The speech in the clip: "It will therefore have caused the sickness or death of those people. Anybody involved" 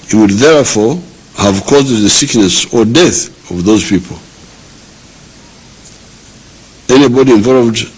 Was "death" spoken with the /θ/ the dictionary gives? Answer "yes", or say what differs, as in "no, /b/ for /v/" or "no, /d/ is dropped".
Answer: yes